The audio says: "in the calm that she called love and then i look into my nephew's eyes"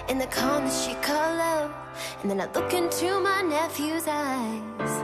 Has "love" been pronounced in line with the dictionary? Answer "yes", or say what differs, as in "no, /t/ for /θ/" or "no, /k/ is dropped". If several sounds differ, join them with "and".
no, /v/ is dropped